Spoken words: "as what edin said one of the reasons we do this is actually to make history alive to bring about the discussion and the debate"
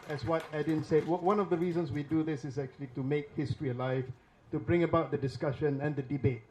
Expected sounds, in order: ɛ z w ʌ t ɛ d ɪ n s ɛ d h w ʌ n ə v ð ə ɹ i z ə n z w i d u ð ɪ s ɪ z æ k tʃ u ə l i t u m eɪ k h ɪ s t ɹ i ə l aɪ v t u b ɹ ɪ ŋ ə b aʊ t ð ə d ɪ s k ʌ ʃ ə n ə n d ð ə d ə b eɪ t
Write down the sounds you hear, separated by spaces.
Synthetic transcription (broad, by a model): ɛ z w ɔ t ɛ d ɪ n s ɛ d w w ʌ n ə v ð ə ɹ i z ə n s w i d u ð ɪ s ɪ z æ k tʃ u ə l i t u m eɪ k h ɪ s t ɹ i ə l aɪ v t u b ɹ ɪ ŋ ə b aʊ t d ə d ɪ s k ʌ ʃ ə n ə n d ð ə d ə b eɪ t